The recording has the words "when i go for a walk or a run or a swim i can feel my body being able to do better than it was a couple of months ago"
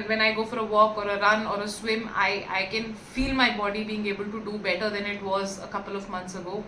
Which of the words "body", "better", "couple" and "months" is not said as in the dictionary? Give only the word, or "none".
months